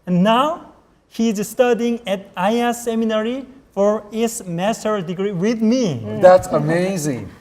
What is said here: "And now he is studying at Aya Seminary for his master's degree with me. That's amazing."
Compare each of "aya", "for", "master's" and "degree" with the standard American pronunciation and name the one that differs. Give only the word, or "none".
master's